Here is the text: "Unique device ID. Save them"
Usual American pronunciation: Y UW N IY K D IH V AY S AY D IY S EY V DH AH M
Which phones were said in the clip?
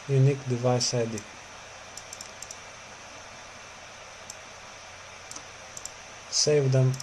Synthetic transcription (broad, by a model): Y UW N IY K D IH V AY S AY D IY S EY V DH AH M